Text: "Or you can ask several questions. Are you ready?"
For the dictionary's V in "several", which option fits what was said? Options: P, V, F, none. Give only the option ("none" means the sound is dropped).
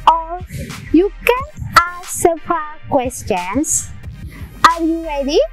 P